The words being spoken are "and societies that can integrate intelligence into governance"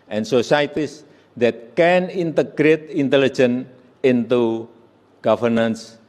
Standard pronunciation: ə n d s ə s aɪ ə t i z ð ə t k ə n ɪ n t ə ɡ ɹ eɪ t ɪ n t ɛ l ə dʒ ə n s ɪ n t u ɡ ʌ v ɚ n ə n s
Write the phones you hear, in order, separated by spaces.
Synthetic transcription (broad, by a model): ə n s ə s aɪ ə t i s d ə t k ə n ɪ n t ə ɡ ɹ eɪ t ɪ n t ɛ l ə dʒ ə n ɪ n t u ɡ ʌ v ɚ n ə n s